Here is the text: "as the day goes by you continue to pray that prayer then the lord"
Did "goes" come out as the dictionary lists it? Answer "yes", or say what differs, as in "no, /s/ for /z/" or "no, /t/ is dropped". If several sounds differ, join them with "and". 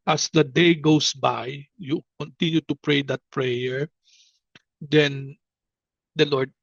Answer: no, /s/ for /z/